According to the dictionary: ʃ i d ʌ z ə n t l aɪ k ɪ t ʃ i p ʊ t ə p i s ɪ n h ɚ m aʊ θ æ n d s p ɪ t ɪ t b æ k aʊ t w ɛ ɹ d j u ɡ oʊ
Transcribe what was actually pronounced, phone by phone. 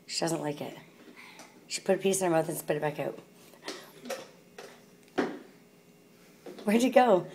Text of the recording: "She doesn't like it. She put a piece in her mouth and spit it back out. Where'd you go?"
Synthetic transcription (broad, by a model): ʃ i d ʌ z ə n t l aɪ k ɪ t ʃ i p ʊ t ə p i s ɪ n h ɚ m aʊ θ n s p ɪ t ɪ t b æ k aʊ t w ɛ ɹ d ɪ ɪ ɡ oʊ